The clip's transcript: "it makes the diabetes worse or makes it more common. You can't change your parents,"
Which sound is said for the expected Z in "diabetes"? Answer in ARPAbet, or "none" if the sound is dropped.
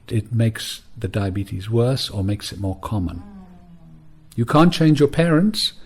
Z